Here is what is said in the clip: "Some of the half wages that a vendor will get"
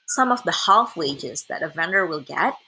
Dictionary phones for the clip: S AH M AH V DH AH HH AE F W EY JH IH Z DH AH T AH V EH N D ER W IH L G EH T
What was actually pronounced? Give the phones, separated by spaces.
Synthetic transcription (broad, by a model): S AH M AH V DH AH HH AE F W EY JH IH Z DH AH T AH V EH N D ER W IH L G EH T